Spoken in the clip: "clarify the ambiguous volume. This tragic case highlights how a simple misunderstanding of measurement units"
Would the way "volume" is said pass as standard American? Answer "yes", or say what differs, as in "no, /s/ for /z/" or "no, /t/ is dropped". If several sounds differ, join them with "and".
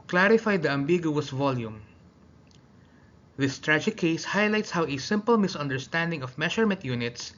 yes